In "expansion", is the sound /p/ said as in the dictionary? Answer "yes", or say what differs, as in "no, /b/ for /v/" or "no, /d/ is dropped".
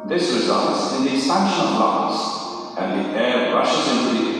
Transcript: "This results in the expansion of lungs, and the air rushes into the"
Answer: no, /p/ is dropped